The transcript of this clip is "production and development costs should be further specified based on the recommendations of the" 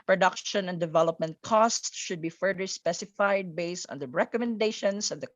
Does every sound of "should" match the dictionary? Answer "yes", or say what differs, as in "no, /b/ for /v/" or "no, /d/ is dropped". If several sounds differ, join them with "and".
yes